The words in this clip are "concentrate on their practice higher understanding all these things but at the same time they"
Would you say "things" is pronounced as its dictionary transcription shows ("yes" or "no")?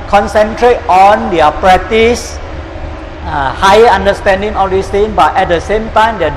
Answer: no